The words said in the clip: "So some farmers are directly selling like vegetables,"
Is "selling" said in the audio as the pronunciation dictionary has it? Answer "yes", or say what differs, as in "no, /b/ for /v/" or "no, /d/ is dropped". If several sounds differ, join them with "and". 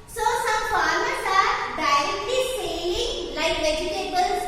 no, /l/ is dropped